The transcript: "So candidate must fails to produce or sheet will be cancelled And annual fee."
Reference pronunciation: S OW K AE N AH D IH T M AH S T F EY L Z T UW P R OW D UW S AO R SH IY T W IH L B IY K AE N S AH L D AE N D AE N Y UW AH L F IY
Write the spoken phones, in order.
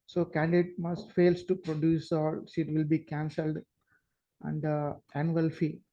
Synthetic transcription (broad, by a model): S OW K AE N D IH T M AH S T F EY L S T UW P R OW D UW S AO L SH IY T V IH L B IY K AE N S AH L D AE N D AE N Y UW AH L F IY